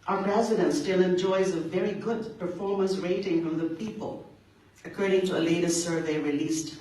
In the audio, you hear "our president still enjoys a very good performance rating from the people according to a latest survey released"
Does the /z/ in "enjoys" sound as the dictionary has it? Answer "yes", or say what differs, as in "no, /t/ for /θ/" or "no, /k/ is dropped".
yes